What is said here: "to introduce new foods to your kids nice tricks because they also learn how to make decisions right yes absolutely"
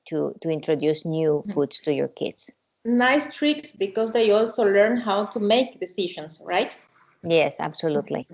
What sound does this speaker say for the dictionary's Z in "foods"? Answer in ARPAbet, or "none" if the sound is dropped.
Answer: S